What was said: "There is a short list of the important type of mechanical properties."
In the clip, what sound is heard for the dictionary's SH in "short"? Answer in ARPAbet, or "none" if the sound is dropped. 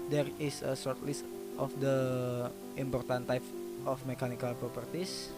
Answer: S